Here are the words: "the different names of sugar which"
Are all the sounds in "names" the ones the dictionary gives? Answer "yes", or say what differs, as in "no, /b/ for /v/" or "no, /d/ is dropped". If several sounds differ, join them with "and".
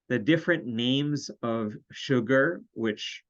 yes